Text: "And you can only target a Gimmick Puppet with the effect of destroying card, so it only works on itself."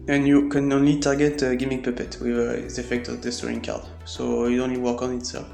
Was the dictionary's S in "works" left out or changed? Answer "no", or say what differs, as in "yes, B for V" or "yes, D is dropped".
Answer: yes, S is dropped